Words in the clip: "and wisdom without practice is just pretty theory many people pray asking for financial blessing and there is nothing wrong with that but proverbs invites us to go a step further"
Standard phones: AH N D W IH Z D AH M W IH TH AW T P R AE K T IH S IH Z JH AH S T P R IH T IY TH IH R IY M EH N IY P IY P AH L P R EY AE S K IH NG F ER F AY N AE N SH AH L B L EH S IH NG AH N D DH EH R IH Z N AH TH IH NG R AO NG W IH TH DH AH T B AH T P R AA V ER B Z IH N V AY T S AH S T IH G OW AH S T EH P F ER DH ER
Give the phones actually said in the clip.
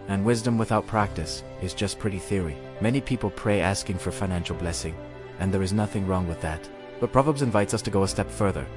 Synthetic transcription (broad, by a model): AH N W IH Z D AH M W IH TH AW T P R AE K T IH S IH Z JH AH S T P R IH T IY TH IH R IY M EH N IY P IY P L P R EY AE S K IH NG F ER F AY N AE N SH L B L EH S IH NG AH N DH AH R IH Z N AH TH IH NG R AO NG W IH DH AH T B AH T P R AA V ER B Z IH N V AY T S AH S T IH G OW AH S T EH P F ER DH ER